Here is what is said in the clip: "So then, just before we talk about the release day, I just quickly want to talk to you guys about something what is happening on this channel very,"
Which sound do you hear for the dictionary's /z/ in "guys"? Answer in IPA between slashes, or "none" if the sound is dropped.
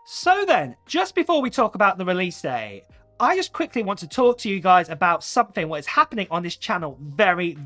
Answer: /z/